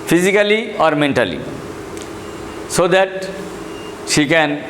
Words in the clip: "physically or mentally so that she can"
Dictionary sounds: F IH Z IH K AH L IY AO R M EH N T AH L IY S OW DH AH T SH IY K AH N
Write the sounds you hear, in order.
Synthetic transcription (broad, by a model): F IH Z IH K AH L IY AO R M EH N T AH L IY S OW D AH T SH IY K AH N